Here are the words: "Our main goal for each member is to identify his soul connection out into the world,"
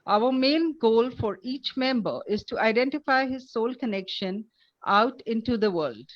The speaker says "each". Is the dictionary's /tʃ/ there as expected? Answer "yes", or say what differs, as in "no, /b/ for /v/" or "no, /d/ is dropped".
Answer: yes